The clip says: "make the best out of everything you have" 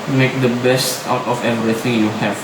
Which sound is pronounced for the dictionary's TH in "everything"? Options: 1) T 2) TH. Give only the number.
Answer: 1